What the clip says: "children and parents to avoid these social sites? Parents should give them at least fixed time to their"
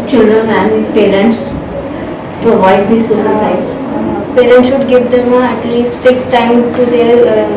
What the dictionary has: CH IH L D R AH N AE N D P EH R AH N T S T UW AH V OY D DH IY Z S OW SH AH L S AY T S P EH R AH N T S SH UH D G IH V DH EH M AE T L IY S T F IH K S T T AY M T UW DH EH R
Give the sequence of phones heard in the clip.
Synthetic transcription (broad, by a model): CH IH L D R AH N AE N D P EH R AH N T S T UW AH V OY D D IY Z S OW S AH N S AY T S P EH R AH N T S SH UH D G IH V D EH M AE T L IY S T F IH K S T T AY M T UW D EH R